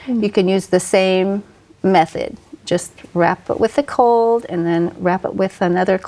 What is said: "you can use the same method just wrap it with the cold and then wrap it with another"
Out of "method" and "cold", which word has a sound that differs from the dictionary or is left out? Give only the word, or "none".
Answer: none